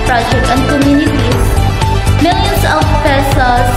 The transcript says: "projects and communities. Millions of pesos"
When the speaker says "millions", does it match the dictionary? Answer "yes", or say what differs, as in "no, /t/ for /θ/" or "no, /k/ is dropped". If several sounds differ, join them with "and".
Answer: no, /s/ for /z/